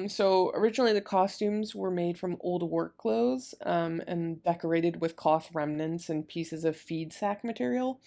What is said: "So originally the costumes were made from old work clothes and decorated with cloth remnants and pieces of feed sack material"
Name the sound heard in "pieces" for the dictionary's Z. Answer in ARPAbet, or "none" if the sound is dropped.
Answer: Z